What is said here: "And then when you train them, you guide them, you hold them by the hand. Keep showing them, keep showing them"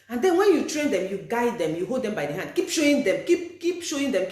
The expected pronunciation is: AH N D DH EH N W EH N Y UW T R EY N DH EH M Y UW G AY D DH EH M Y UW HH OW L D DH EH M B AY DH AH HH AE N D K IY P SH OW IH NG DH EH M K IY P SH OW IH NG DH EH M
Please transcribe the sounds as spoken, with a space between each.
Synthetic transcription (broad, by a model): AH N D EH N W EH N Y UW T R EY N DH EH M Y UW G AY D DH EH M Y UW HH OW L D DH EH M B AY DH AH HH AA N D K IY P SH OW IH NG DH EH M K IY P SH OW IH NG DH EH M